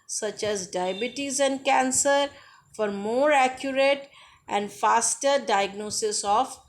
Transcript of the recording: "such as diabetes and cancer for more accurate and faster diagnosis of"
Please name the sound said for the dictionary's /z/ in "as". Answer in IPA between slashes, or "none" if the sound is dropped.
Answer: /z/